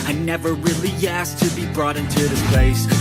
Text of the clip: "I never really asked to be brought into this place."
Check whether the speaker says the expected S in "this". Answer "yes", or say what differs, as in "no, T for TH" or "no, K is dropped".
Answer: no, S is dropped